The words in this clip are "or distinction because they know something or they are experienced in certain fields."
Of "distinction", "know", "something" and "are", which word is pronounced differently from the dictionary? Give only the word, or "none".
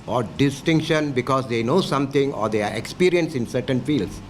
something